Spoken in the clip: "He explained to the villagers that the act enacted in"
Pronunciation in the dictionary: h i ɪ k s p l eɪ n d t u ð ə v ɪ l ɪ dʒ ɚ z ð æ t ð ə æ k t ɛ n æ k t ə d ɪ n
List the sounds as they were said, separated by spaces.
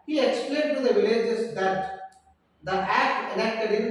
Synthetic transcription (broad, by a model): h i ɪ k s p l eɪ n d t u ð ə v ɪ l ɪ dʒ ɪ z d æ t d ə æ k t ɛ l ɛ k t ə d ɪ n